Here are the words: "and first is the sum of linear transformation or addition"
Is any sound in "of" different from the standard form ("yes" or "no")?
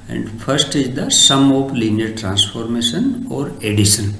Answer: yes